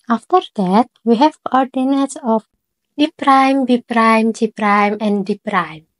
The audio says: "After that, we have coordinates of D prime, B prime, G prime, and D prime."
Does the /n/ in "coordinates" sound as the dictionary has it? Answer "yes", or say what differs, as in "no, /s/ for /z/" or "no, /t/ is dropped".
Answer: yes